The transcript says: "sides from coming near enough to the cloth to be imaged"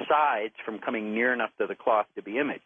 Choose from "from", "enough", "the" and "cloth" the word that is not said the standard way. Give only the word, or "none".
none